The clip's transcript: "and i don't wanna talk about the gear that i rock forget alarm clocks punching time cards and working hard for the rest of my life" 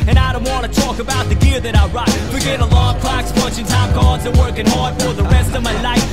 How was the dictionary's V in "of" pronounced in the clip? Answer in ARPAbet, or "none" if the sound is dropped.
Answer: V